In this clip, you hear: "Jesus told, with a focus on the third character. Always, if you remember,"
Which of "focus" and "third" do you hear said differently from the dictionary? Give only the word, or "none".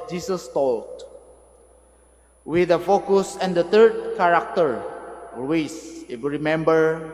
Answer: third